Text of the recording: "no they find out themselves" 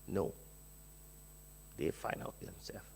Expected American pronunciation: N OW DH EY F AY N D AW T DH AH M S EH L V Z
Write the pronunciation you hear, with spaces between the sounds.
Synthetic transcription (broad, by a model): N OW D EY F AY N AW T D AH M S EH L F